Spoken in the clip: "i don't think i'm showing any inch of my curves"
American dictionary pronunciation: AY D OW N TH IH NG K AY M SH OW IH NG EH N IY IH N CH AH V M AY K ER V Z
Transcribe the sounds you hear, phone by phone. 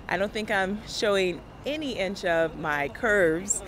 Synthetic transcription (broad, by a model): AY D OW N TH IH NG K AY M SH OW IH NG EH N IY IH N CH AH V M AY K ER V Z